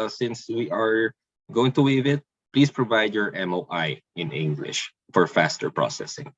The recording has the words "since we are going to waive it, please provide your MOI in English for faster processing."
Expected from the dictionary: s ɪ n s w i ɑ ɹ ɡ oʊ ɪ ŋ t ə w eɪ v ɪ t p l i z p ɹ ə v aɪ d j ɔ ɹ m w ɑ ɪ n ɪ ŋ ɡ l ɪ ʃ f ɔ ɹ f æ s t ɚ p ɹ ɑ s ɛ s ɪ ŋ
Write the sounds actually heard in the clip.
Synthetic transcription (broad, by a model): s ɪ n s w i ɑ ɹ ɡ oʊ ɪ ŋ t ə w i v ɪ t p l i s p ɹ ə v aɪ d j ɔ ɹ m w ɑ ɪ n ɪ ŋ ɡ l ɪ ʃ f ɔ ɹ f æ s t ɚ p ɹ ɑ s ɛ s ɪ ŋ